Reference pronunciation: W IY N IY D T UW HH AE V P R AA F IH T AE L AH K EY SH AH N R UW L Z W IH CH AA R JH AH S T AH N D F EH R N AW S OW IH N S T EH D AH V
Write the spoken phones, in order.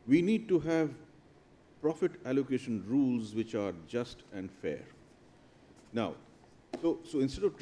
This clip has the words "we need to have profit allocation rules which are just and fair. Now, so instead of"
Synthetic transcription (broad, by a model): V IY N IY D T UW HH AE V P R AA F IH T AE L AH K EY SH AH N R UW L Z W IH CH AA R JH AH S T AH N D F EH R N AW S OW IH N S T EH D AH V